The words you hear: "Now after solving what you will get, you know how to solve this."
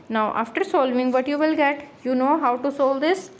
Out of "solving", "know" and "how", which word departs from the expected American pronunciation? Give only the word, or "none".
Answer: none